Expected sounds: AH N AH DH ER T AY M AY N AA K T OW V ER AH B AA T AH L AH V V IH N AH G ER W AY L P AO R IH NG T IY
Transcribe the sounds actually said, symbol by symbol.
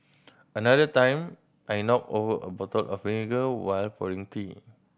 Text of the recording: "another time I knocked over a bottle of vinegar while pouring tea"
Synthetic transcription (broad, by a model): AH N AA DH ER T AY M AY N AA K OW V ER AH B AA T AH L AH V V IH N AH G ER W AY L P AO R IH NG T IY